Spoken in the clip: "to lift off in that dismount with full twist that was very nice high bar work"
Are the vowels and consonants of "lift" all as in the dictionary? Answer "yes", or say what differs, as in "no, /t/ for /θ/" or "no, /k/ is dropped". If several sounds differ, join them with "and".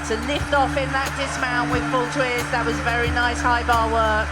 yes